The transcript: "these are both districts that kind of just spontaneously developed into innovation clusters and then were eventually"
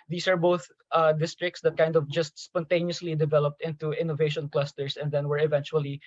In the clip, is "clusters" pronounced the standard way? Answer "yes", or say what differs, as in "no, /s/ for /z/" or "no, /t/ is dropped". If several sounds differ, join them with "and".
no, /s/ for /z/